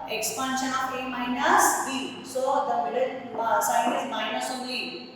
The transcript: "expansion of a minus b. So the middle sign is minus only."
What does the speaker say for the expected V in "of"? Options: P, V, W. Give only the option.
P